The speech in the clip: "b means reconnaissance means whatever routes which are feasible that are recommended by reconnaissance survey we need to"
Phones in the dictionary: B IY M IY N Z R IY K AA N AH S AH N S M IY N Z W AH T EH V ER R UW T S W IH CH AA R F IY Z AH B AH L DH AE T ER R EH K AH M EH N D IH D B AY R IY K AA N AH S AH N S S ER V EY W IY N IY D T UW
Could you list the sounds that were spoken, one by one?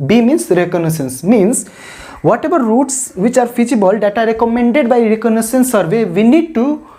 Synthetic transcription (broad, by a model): B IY M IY N S R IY K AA N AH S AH N S M IY N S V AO T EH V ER R UW T S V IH CH AA R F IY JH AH B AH L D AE T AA R EH K AH M EH N D IH D B AY R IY K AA N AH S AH N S S ER V EY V IY N IY D T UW